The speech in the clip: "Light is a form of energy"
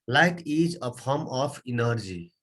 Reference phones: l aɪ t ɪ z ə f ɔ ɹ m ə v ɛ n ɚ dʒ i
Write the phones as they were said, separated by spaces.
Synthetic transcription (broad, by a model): l aɪ t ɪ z ə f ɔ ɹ m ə p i n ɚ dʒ i